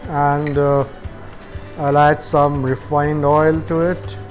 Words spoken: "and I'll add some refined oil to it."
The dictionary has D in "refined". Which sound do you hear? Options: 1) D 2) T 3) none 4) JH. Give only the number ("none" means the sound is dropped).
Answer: 1